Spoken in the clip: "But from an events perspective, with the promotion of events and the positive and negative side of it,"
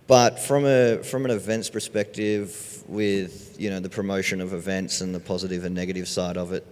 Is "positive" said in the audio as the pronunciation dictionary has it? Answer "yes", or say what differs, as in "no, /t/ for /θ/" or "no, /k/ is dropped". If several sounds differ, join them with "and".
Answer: yes